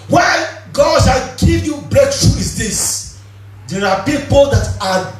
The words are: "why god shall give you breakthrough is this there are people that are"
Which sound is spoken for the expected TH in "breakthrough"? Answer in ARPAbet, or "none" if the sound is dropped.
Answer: T